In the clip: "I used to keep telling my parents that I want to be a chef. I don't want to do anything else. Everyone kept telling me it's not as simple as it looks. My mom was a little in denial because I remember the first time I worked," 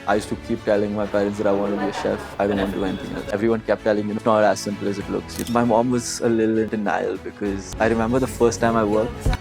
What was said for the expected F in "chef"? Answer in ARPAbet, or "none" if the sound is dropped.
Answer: F